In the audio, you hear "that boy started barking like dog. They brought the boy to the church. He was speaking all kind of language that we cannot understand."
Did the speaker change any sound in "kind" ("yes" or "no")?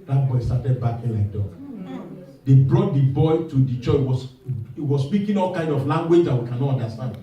no